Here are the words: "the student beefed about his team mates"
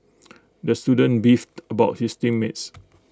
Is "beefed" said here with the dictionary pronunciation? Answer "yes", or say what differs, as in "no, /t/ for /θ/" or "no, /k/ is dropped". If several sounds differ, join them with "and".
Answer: yes